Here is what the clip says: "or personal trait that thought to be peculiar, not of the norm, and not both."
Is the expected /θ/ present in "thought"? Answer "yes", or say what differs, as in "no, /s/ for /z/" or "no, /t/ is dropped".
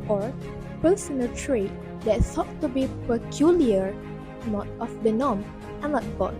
no, /s/ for /θ/